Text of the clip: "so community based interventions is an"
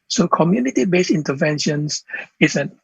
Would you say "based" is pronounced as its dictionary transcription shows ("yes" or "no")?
no